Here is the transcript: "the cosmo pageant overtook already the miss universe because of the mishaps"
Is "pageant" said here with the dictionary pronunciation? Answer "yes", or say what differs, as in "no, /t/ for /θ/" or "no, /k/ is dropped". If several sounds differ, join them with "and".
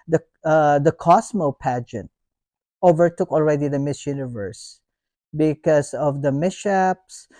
yes